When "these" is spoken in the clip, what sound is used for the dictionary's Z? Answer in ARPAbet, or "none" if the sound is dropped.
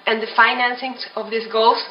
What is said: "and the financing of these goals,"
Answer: S